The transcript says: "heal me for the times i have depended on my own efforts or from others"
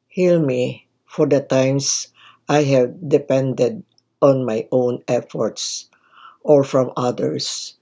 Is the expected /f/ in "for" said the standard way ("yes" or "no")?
yes